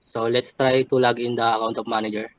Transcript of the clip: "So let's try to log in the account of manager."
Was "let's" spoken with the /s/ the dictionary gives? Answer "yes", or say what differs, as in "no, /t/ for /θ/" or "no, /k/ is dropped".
yes